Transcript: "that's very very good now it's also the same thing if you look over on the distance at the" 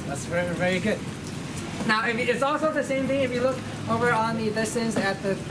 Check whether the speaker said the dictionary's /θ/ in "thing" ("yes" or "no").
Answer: yes